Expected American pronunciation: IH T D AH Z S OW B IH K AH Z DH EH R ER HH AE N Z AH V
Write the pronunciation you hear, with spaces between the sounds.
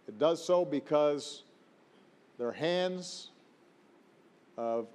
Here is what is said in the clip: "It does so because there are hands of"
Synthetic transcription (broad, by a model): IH T D AH Z S OW B IH K AH Z DH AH R HH AE N Z AH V